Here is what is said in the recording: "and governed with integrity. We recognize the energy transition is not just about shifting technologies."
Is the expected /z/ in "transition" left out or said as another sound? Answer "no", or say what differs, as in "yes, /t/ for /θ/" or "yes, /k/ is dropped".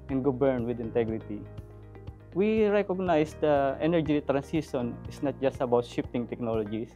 yes, /s/ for /z/